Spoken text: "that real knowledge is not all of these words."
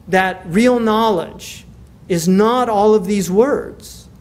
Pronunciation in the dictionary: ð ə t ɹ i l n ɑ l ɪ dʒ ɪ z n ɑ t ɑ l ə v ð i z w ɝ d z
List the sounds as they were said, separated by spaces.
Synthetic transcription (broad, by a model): ð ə t ɹ i l n ɑ l ɪ dʒ ɪ z n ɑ t ɑ l ə v ð i z w ɝ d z